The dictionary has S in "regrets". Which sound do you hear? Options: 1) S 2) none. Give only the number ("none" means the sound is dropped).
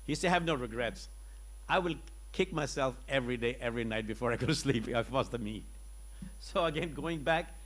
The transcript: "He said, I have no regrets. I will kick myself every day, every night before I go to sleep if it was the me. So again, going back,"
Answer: 1